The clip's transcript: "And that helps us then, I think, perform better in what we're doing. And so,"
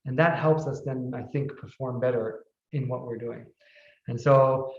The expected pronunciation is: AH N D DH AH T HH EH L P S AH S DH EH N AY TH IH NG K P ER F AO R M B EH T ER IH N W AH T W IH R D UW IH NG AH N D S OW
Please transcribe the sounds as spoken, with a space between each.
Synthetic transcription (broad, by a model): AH N DH AH T HH EH L P S AH S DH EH N AY TH IH NG K P ER F AO R M B EH T ER IH N W AH T W IH R D UW IH NG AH N S OW